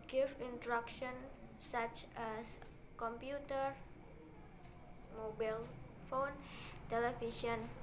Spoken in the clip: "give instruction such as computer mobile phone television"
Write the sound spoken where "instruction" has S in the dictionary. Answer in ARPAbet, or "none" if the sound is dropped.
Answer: none